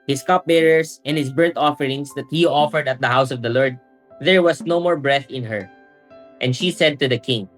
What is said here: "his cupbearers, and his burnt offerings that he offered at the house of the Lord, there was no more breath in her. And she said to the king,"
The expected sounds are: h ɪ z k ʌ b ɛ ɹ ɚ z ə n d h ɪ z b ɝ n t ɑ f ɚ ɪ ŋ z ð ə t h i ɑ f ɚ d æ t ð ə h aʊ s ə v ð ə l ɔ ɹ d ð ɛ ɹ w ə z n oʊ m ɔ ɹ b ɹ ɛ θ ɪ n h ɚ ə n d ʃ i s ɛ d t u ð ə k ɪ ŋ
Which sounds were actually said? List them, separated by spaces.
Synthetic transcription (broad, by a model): h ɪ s k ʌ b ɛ ɹ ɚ s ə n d h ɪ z b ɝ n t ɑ f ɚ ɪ ŋ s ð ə t h i ɑ f ɚ d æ t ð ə h aʊ s ə v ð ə l ɔ ɹ d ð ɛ ɹ w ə s n oʊ m ɔ ɹ b ɹ ɛ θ ɪ n h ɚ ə n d ʃ i s ɛ d t u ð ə k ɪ ŋ